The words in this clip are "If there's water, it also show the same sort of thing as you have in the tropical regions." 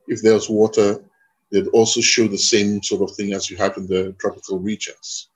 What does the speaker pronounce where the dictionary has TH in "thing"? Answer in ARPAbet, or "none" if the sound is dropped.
TH